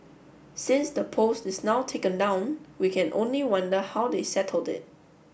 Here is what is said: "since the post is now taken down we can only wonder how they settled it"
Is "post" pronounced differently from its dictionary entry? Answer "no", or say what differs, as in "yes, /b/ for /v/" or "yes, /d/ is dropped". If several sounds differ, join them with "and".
no